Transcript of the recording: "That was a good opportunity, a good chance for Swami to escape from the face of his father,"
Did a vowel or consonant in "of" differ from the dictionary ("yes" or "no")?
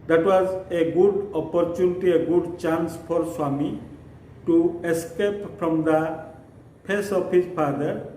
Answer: yes